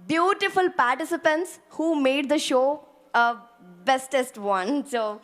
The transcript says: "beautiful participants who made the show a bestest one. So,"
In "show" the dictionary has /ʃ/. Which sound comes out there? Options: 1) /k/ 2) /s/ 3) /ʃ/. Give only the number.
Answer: 3